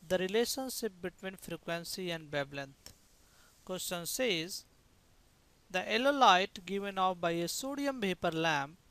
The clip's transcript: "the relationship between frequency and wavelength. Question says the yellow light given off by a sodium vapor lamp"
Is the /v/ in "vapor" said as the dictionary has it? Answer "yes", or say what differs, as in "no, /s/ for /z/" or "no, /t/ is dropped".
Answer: no, /p/ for /v/